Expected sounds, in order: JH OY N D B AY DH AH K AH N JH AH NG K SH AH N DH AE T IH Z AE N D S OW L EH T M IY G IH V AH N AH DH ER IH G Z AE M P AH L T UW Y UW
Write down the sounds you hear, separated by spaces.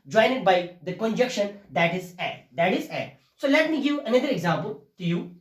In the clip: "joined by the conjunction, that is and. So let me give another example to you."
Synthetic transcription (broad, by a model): JH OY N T B AY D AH K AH N JH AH K SH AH N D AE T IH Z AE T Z S OW L EH T M IY G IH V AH N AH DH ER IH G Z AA M P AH L T UW Y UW